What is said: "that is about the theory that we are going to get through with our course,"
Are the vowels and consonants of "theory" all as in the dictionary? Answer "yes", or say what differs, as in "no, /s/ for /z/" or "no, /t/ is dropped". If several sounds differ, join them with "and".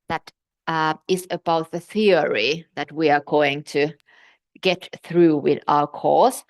yes